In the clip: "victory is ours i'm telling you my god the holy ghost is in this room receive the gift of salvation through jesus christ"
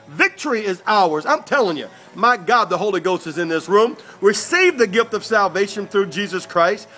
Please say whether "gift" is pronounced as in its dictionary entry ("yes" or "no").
yes